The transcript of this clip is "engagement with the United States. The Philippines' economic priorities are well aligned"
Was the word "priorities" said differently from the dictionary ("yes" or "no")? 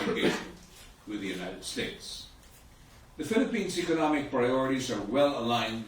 no